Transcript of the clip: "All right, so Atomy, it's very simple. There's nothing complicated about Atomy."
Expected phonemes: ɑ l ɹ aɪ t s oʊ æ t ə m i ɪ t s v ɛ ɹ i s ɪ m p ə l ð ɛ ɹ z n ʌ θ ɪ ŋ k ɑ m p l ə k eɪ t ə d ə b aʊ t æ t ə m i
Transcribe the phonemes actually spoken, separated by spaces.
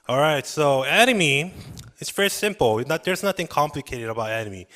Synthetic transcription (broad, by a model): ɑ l ɹ aɪ t s oʊ æ t ə m i ɪ t s v ɛ ɹ i s ɪ m p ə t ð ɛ ɹ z n ʌ θ ɪ ŋ k ɑ m p l ə k eɪ t ə d ə b aʊ t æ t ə m i